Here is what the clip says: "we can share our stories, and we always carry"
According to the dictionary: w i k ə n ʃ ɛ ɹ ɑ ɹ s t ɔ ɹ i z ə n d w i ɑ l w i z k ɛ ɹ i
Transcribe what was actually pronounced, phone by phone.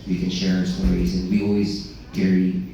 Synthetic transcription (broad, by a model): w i k ə n ʃ ɛ ɹ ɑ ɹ s t ɔ ɹ i z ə n w i ɑ l w i z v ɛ ɹ i